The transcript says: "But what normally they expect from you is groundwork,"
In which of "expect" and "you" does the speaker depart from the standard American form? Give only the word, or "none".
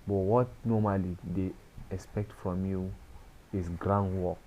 none